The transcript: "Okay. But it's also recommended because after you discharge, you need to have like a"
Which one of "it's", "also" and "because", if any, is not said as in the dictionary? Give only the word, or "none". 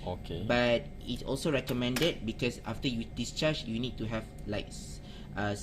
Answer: because